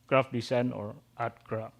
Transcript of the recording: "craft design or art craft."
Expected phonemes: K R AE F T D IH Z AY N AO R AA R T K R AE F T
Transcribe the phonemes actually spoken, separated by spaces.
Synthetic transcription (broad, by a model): K R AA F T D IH S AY N AO R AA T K R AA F